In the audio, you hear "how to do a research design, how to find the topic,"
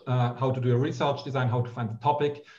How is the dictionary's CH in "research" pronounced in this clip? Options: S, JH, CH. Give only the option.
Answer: CH